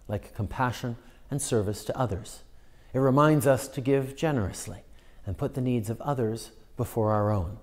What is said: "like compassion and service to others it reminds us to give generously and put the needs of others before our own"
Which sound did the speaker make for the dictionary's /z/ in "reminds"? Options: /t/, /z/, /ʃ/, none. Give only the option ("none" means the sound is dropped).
/z/